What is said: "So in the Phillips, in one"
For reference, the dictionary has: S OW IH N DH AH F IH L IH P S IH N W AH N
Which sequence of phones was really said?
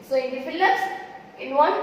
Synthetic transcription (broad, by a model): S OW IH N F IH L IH S IH N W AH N